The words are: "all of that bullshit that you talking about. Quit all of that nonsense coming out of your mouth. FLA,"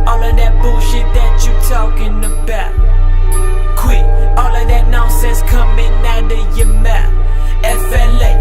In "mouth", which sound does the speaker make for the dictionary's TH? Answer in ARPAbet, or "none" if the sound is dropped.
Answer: T